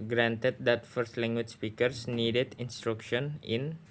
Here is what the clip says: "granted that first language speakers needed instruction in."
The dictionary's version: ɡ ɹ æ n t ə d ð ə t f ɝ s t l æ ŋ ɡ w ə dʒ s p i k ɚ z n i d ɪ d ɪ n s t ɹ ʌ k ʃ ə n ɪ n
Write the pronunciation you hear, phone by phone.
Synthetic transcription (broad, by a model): ɡ ɹ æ n t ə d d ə t f ɝ s t l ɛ ŋ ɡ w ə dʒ s p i k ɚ s n i d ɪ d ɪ n s t ɹ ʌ k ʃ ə n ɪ n